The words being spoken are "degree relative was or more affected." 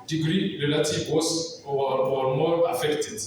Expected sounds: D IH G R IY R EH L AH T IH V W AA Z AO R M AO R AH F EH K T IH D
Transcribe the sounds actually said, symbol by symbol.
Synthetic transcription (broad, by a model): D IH G R IY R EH L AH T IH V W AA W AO W M AO R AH F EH K T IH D